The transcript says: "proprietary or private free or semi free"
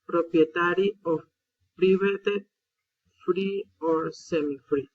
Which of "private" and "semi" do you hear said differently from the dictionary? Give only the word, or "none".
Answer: private